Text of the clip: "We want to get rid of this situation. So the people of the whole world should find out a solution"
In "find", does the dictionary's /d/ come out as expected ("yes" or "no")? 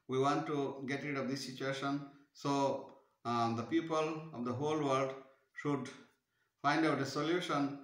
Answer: yes